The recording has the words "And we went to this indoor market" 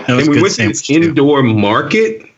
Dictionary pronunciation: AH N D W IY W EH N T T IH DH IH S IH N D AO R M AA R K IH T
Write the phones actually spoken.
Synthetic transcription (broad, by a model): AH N W IY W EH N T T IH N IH IH N D AO R M AA R K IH T